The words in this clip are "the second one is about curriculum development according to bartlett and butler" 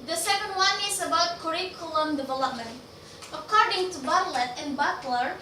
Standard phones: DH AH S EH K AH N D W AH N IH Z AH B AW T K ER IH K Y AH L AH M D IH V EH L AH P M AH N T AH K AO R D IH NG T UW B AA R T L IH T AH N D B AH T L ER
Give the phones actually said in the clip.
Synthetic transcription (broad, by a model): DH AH S EH K AH N D W AH N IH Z AH B AW T K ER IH K Y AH L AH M D IH V EH L AH P M AH N T AH K AO R D IH NG T UW B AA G L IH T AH N B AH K L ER